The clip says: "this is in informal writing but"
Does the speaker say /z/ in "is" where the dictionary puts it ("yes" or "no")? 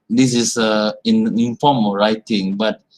no